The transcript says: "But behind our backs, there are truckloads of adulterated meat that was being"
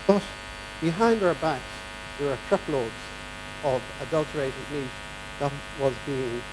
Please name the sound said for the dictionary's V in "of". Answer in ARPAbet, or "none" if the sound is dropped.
V